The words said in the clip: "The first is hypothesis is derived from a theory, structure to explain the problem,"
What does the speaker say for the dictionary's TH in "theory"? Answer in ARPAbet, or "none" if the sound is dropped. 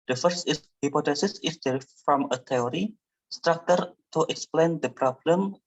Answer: T